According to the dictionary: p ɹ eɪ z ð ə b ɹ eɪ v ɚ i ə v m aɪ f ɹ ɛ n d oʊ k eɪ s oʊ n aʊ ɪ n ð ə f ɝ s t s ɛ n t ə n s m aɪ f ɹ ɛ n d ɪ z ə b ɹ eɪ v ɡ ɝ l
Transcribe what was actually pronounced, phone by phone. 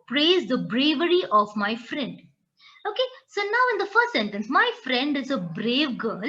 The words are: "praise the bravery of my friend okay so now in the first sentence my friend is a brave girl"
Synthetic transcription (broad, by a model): p ɹ eɪ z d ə b ɹ eɪ v ɚ i ə v m aɪ f ɹ ɛ n d oʊ k eɪ s oʊ n aʊ ɪ n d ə f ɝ s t s ɛ n t ə n s m aɪ f ɹ ɛ n d ɪ z ə b ɹ eɪ v ɡ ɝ l